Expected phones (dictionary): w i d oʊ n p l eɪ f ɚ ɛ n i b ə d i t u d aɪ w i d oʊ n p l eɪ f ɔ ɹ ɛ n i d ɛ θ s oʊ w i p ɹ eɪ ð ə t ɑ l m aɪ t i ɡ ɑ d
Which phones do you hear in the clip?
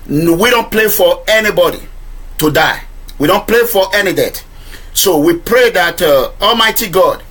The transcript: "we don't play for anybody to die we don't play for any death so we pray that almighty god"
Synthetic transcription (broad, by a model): w i d oʊ n p l eɪ f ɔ ɛ n i b ə d i t u d aɪ w i d oʊ n p l eɪ f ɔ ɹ ɛ n i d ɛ t s oʊ w i p ɹ eɪ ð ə t ɑ l m aɪ t i ɡ ɑ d